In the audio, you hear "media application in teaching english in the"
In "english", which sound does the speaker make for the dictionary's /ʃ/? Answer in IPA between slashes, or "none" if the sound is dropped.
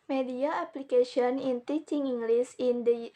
/s/